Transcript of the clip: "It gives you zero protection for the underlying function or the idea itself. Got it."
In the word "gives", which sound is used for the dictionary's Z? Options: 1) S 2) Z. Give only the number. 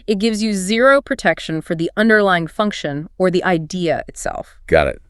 2